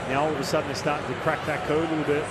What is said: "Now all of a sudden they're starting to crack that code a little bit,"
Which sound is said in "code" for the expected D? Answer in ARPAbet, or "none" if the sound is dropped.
none